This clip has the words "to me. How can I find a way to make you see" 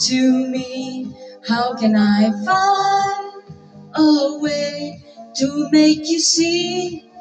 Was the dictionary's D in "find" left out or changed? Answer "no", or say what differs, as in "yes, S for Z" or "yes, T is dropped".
yes, D is dropped